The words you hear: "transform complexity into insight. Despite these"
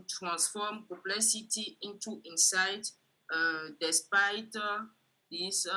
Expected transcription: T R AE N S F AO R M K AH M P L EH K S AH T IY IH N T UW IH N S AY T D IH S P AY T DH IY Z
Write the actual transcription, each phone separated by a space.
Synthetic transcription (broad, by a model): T R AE N S F AO M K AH P L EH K S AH T IY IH N T UW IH N S AY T D IH S P AY T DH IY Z